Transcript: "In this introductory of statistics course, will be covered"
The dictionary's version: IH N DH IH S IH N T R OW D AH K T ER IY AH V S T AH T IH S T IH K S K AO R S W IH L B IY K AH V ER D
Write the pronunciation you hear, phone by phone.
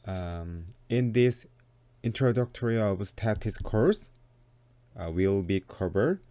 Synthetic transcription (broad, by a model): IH N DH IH S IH N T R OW D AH K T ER IY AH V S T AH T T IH S K AO R S W IH L B IY K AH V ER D